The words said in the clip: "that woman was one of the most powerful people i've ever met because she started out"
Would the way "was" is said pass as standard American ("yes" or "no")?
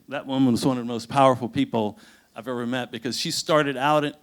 yes